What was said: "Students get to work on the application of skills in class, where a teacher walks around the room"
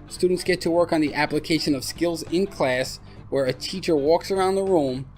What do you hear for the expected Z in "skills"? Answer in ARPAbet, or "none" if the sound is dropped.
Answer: Z